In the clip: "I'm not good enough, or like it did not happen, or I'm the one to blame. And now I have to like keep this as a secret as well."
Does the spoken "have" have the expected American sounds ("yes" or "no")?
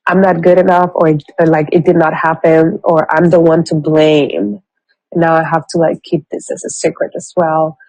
no